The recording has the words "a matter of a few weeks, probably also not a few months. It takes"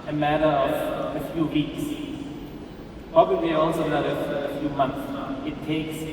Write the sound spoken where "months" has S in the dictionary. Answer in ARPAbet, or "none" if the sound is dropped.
none